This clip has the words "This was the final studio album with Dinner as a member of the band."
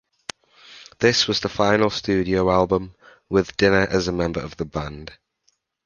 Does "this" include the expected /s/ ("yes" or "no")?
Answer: yes